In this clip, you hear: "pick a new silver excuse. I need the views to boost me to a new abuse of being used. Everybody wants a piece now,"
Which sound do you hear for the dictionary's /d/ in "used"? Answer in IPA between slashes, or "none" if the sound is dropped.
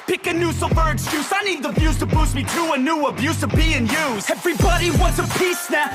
none